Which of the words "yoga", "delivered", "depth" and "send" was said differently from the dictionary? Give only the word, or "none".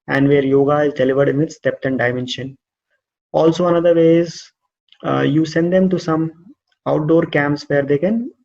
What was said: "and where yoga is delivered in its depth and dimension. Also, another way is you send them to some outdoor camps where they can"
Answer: depth